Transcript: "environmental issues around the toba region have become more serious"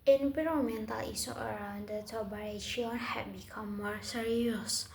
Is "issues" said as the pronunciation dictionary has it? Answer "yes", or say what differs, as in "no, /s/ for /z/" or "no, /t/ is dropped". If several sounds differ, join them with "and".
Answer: no, /s/ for /ʃ/